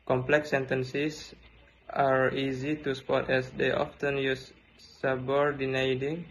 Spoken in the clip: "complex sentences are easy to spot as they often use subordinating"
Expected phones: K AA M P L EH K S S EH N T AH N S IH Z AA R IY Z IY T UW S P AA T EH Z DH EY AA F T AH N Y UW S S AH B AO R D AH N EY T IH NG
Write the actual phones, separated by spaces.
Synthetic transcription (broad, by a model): K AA M P L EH K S S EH N T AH N S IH S AA R IY Z IY T UW S P AA T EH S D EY AA F T AH N Y UW S S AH B AO R D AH N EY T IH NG